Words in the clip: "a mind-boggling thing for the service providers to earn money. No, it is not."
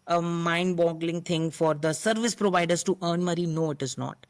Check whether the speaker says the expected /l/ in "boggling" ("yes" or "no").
yes